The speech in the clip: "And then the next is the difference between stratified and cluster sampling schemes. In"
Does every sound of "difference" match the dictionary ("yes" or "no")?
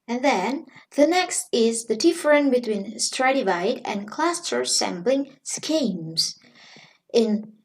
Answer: no